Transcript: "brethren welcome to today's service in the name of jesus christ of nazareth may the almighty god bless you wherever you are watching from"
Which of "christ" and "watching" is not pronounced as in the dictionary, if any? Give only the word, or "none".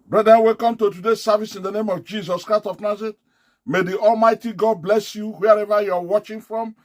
none